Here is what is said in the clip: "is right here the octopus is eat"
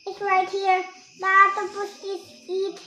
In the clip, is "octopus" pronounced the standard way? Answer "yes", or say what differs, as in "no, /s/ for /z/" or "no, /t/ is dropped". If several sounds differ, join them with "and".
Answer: no, /k/ is dropped